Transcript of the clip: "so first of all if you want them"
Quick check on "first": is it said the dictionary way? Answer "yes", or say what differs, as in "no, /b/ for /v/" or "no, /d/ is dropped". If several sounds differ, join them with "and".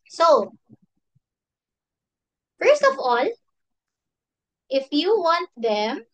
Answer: yes